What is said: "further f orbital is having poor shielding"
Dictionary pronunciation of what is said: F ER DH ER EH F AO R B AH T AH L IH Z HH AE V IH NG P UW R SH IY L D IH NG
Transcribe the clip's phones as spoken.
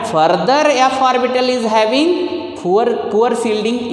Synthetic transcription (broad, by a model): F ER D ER EH F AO R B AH T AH L IH Z HH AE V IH NG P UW R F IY L D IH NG